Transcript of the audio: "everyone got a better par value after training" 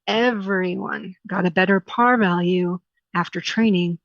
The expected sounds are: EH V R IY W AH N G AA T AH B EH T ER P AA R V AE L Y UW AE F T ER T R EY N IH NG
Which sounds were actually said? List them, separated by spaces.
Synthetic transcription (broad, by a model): EH V R IY W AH N G AA T AH B EH T ER P AA R V AE L Y UW AE F T ER T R EY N IH NG